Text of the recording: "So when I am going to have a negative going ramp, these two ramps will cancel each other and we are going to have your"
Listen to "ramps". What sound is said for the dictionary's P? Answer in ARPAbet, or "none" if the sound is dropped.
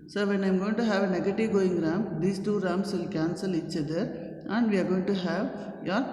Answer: none